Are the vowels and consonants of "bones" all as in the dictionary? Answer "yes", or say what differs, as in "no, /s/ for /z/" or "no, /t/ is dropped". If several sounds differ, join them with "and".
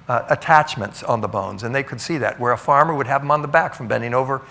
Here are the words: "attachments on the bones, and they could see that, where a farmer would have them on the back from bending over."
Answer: yes